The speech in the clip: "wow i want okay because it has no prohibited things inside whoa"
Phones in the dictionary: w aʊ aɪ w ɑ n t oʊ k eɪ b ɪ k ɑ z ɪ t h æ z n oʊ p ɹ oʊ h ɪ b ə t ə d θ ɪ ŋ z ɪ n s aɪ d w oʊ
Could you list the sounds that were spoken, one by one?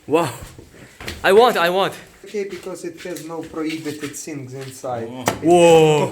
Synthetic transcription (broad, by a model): w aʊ aɪ w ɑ n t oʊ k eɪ b ɪ k ɑ z ɪ t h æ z n oʊ p ɹ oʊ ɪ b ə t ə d s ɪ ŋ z ɪ n s aɪ d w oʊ